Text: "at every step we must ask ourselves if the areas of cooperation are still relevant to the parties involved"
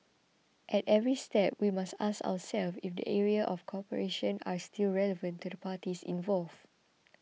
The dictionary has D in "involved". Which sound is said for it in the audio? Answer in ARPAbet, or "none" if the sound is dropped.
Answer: none